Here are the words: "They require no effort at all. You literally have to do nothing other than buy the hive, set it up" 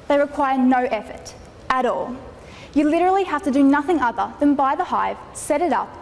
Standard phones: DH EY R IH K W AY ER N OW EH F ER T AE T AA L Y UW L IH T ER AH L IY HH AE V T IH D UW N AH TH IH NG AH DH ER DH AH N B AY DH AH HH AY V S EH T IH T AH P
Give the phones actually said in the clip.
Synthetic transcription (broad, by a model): DH EY R IH K W AY ER N OW EH F ER T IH T AA L Y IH L IH T ER L IY HH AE F T IH D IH N AH TH IH NG AH DH ER DH AH N B AY DH AH HH AY V S EH T IH T AH P